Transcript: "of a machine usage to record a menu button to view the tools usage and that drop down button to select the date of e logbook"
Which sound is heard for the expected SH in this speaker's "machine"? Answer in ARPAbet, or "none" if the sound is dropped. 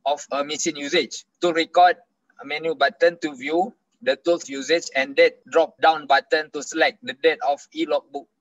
S